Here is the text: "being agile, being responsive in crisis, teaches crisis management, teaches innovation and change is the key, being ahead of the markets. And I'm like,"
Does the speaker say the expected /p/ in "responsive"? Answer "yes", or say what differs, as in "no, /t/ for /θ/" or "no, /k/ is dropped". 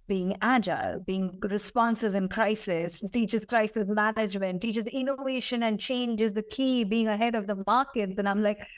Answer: yes